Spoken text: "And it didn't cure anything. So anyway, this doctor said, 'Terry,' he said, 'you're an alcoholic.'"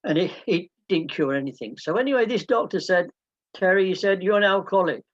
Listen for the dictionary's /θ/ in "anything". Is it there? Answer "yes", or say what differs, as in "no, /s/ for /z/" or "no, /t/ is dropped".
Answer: yes